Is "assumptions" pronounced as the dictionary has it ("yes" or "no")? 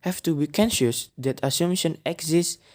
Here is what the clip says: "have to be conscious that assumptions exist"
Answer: no